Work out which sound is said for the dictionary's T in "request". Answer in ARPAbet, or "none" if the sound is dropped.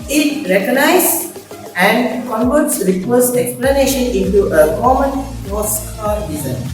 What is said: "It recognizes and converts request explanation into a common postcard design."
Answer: none